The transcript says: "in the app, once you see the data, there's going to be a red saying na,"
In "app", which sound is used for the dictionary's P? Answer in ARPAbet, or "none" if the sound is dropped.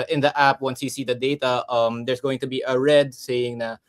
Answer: P